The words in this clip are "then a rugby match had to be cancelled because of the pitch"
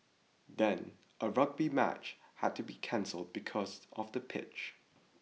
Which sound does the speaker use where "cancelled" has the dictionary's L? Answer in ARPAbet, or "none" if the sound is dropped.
L